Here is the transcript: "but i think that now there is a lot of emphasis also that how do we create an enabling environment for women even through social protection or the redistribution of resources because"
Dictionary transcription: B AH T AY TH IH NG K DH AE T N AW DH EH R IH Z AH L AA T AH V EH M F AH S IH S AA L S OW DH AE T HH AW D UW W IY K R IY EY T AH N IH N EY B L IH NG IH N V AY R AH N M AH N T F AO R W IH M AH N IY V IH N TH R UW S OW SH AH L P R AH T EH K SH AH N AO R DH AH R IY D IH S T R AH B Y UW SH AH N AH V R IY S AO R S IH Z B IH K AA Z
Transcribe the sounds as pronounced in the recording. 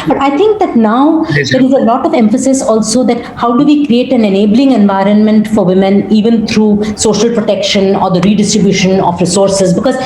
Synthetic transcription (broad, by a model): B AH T AY T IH NG K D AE T N AW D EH R IH Z AH L AA T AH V EH M F AH S IH S AA L S OW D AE T HH AW D UW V IY K R IY EY T AH N IH N EY B L IH NG IH N V AY R AH N M AH N T F AO R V IH M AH N IY V IH N T R UW S OW SH AH L P R AH T EH K SH AH N AO R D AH R IY D IH S T R AH B Y UW SH AH N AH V R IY S AO R S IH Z B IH K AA Z